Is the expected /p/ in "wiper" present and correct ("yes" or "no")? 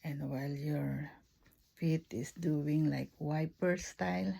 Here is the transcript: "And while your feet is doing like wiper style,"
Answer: yes